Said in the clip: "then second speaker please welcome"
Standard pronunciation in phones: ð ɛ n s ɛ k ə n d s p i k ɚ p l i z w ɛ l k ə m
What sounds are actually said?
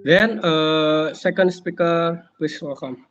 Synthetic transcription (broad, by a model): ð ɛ n s ɛ k ə n d s p i k ɚ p i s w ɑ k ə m